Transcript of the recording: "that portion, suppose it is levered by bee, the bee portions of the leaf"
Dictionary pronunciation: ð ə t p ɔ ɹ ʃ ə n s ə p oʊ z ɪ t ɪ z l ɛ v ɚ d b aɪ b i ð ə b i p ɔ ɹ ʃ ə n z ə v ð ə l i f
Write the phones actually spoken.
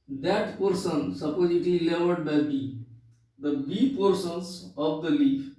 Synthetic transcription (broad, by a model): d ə t p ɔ ɹ s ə n s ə p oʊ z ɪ t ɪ l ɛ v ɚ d b aɪ b i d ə b i p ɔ ɹ s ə n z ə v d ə l i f